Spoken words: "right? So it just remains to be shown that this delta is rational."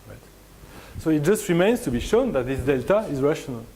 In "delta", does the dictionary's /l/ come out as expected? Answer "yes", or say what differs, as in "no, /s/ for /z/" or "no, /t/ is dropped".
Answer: yes